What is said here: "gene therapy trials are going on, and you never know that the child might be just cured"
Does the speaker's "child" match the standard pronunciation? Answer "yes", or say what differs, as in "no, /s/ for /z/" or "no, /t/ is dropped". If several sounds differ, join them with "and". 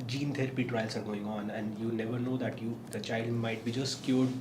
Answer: yes